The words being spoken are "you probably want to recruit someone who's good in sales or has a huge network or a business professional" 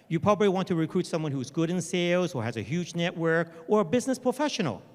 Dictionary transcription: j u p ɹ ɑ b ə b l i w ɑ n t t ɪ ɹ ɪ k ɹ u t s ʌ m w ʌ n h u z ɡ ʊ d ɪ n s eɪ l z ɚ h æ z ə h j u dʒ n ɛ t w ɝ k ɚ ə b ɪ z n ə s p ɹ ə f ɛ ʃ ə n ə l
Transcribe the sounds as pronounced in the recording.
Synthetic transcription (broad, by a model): j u p ɹ ɑ b ə b l i w ɑ n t t ɪ ɹ ɪ k ɹ u t s ʌ m w ʌ n h u z ɡ ʊ d ɪ n s eɪ l z ɚ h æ z ə h j u dʒ n ɛ t w ɝ k ɚ ə b ɪ z n ə s p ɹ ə f ɛ ʃ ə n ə l